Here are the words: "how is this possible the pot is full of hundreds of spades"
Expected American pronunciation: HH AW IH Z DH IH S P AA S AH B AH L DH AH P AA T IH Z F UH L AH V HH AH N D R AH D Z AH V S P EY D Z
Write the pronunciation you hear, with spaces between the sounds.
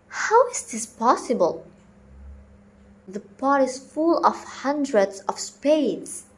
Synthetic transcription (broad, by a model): HH AW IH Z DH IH S P AA S AH B AH L DH AH P AA T IH Z F UH L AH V HH AH N D R AH D Z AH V S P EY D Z